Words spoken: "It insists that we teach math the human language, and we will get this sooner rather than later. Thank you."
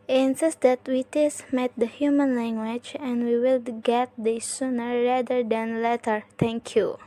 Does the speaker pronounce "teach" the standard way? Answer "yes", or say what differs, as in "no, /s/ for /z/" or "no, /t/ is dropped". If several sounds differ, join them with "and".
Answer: no, /s/ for /tʃ/